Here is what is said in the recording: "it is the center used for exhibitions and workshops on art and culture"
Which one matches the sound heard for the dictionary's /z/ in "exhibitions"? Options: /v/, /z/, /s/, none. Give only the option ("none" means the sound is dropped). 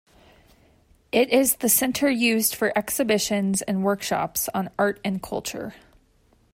/z/